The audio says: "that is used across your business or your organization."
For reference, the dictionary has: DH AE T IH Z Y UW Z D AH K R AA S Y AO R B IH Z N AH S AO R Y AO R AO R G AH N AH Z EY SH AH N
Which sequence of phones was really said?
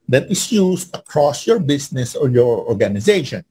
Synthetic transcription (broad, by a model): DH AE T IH S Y UW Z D AH K R AA S Y AO R B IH S N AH S AO R Y AO R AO R G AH N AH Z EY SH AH N